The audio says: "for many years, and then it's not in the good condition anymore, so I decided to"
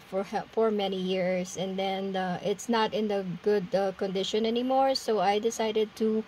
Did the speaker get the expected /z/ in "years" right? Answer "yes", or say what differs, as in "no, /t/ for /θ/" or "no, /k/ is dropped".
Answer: no, /s/ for /z/